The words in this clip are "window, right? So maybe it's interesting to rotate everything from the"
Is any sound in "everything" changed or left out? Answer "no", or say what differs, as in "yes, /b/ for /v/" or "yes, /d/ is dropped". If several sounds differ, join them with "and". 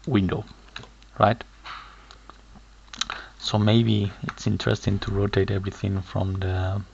no